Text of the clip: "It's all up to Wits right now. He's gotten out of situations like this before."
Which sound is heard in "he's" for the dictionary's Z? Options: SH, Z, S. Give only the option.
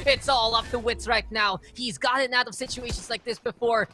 Z